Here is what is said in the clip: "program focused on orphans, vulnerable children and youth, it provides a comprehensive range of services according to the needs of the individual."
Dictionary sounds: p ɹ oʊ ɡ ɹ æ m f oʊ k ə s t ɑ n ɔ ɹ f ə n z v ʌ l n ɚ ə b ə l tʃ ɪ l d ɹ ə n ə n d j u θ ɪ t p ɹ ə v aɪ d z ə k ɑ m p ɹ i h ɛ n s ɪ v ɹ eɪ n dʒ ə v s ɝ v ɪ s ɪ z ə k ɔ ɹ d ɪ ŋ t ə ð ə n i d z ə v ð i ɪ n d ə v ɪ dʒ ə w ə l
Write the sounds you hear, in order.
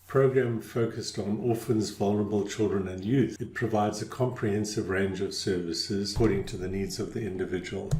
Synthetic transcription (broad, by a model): p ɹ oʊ ɡ ɹ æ m f oʊ k ə s t n ɔ f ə n z v ʌ l n ɚ ə b ə l tʃ ɪ l d ɹ ə n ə n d j u θ ɪ t p ɹ ə v aɪ d z ə k ɑ m p ɹ i h ɛ n s ɪ v ɹ eɪ n dʒ ə v s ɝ v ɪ s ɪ z k ɔ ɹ d ɪ ŋ t ə ð ə n i d z ə v ð i ɪ n d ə v ɪ dʒ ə w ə l